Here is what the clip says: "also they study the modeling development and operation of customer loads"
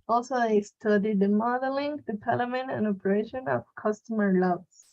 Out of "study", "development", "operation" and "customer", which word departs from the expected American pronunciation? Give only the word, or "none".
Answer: development